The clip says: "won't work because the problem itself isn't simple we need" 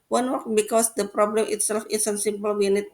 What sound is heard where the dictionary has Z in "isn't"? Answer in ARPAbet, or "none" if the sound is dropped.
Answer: S